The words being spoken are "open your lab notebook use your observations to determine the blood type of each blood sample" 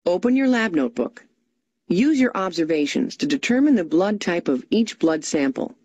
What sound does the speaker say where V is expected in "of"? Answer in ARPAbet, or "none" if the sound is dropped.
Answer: V